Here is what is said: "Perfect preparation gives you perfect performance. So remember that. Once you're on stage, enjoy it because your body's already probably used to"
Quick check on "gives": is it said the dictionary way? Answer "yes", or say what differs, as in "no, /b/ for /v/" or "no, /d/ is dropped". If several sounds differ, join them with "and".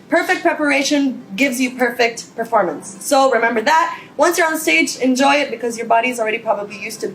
yes